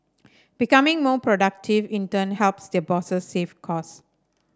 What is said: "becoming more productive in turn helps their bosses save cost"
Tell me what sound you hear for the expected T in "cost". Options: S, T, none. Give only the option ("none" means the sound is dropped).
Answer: none